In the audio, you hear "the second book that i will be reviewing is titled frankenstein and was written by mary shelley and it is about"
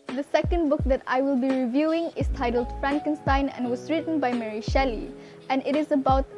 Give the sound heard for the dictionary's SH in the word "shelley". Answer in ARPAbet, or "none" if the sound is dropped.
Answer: SH